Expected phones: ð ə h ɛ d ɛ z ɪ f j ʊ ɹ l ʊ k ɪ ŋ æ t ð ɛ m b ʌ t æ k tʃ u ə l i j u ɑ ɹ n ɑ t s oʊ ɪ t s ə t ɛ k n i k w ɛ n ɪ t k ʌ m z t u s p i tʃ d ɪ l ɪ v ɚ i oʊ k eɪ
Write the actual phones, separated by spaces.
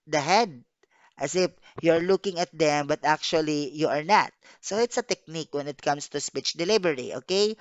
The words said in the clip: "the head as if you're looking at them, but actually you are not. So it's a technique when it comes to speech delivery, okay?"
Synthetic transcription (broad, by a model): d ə h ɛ d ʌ s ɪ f j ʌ ɹ l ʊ k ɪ ŋ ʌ t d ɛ m b ʌ t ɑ k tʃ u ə l i j u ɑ ɹ n ɑ t s oʊ ɪ t s ə t ɛ k n i k w ɛ n ɪ t k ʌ m s t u s p i tʃ d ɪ l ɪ b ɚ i oʊ k eɪ